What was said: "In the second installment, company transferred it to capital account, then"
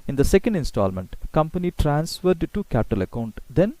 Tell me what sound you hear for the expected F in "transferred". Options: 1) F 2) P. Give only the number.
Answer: 1